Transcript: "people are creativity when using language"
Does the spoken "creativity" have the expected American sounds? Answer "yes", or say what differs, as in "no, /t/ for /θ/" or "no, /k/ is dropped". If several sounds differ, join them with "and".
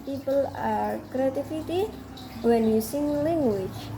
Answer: no, /f/ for /v/